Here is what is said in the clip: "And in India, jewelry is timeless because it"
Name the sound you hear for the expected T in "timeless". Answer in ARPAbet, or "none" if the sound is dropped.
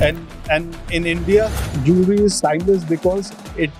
S